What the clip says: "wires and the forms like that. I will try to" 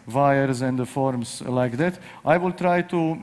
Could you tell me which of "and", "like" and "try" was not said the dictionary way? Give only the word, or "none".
none